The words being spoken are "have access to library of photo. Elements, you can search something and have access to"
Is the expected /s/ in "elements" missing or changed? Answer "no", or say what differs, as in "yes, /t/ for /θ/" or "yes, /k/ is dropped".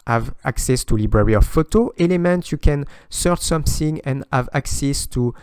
yes, /s/ is dropped